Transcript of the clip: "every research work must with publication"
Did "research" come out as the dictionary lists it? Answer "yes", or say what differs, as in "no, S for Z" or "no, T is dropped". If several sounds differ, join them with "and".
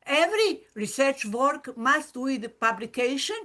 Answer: yes